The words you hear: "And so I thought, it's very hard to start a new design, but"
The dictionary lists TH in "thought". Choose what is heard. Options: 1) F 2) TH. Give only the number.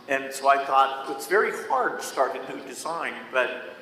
2